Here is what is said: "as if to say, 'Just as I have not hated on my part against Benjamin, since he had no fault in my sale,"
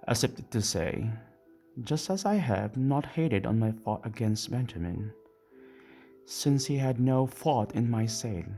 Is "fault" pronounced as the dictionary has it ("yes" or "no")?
no